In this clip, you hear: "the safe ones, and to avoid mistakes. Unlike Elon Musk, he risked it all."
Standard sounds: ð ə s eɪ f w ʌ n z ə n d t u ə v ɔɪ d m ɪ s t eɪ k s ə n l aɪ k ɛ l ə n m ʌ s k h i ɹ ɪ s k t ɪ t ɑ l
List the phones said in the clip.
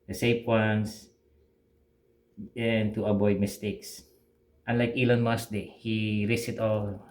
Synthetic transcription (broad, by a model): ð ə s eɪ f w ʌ n s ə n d t u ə b ɔɪ d m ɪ s t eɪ k s ə n l aɪ k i l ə n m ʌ s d h i ɹ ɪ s ɪ t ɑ l